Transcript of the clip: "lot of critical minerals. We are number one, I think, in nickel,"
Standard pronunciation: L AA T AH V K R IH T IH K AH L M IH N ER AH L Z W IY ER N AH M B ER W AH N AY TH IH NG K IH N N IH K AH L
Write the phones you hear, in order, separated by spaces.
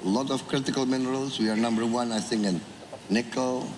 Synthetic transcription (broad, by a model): L AA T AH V K R IH T IH K AH L M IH N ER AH L S W IY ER N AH M B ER W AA N AY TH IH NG IH N N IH K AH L